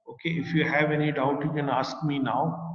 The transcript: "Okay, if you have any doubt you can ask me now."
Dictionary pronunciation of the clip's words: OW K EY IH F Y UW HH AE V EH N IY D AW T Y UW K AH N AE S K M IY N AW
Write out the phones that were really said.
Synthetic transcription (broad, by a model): OW K EY IH F Y UW HH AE V EH N IY D AW T Y UW K AH N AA S K M IY N AW